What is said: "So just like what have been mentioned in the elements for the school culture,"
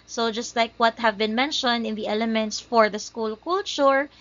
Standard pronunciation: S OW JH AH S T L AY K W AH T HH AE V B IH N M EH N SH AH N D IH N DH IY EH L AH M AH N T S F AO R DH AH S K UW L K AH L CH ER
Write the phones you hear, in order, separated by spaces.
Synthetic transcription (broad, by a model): S OW JH AH S T L AY K W AH T HH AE V B IH N M EH N SH AH N D IH N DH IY EH L AH M AH N T S F AO R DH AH S K UW L K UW L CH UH